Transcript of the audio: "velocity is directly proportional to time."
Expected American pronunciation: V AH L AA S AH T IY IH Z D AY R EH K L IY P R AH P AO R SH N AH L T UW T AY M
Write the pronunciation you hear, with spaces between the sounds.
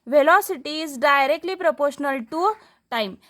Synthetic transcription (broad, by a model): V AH L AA S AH T IY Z D AY R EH K L IY P R AH P AO R SH N AH L T UW T AY M